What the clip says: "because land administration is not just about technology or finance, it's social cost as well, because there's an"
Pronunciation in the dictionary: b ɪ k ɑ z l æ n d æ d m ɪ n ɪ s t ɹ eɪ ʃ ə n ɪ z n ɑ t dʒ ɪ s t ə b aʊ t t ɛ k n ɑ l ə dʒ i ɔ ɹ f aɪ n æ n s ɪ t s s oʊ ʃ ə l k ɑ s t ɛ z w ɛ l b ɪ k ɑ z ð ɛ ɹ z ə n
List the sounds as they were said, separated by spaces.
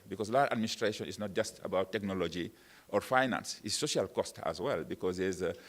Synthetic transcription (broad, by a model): b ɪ k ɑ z l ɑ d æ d m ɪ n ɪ s t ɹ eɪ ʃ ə n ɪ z n ɑ t dʒ ɪ s t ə b aʊ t t ɛ k n ɑ l ə dʒ i ɔ ɹ f aɪ n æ n s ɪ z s s oʊ ʃ ə l k ɑ s t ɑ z w ɛ l b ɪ k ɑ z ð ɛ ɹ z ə